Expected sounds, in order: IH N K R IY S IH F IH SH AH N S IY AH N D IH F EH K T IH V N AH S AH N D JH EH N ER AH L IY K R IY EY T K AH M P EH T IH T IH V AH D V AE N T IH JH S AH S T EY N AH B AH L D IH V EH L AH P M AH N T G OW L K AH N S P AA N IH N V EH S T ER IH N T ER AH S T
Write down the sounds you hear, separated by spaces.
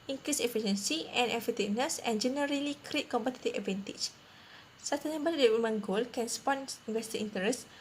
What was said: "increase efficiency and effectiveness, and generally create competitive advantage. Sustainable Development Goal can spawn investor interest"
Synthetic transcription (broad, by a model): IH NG K R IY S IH F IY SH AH N S IY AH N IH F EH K T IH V N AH S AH N JH EH N ER AH L IY K R IY EY T K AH M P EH T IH T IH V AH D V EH N T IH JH S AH T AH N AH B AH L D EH W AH M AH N G OW L K AH N S P AA N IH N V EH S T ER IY N T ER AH S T